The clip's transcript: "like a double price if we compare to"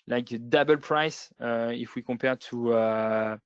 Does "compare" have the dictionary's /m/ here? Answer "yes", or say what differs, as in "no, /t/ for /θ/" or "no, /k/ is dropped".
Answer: no, /m/ is dropped